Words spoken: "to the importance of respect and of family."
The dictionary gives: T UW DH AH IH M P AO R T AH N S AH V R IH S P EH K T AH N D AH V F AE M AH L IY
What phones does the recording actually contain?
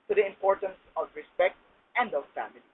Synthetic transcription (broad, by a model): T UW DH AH IH M P AO R T AH N S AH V R IH S P EH K T AH N D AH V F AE M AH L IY